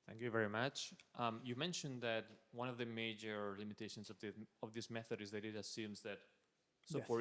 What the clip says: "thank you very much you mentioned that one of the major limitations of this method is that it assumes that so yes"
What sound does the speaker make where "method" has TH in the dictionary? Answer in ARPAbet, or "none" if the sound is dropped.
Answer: TH